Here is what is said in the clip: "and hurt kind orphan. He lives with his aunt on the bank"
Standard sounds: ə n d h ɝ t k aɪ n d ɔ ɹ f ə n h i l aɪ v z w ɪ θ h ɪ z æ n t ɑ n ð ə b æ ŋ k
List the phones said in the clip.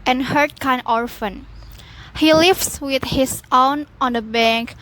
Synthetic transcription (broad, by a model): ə n h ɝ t k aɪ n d ɔ ɹ f ə n h i l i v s w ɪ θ h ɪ s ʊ n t ɑ n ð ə b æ ŋ k